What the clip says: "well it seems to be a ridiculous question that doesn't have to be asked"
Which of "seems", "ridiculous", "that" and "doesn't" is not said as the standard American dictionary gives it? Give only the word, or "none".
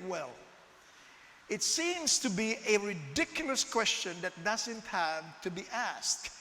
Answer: none